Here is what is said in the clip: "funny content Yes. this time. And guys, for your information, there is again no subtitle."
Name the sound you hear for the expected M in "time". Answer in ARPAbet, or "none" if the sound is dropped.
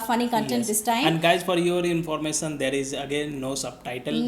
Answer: none